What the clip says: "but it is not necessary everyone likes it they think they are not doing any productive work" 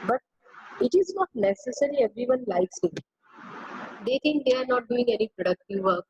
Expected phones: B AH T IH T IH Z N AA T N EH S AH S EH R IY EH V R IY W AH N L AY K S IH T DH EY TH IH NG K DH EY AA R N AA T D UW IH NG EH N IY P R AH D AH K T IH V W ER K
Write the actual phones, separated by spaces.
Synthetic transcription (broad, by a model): B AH T IH T IH Z N AA T N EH S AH S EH R IY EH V R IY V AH N L AY K S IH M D EY T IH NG K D EY AA R N AA T D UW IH NG EH N IY P R AH D AH K T IH V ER K